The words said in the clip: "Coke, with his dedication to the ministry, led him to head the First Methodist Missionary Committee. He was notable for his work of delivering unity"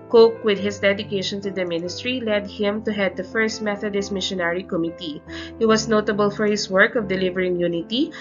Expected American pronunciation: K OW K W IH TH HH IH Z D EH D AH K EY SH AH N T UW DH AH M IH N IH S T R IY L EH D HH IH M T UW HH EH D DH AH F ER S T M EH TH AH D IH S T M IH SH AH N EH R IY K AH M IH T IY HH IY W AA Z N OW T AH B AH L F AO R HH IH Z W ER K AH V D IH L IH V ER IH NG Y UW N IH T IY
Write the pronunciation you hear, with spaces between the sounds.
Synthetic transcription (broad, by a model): K OW K W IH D HH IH S D EH D AH K EY SH AH N T UW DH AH M IH N IH S T R IY L EH D HH IH M T UW HH EH D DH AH F ER S T M EH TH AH D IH S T M IH SH AH N EH R IY K AH M IH T IY HH IY W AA S N OW T AH B AH L F AO R HH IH S W ER K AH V D IH L IH V ER IH NG Y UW N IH T IY